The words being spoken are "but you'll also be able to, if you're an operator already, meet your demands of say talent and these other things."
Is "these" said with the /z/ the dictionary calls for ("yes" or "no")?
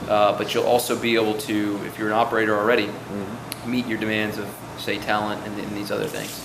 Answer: yes